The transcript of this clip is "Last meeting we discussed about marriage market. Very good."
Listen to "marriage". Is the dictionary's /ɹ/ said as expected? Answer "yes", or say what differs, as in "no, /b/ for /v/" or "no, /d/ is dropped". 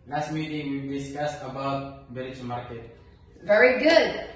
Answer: no, /l/ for /ɹ/